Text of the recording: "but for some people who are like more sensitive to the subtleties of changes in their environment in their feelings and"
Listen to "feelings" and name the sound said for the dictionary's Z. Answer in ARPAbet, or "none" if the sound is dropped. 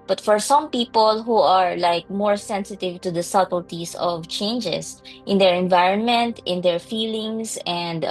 S